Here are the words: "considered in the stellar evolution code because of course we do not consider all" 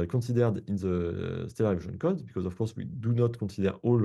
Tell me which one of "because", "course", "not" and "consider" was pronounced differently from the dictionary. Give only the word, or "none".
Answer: consider